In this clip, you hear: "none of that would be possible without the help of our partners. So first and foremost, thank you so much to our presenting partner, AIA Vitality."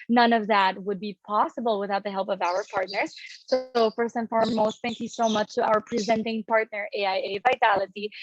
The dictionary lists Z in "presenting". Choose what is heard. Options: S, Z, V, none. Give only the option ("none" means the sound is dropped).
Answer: Z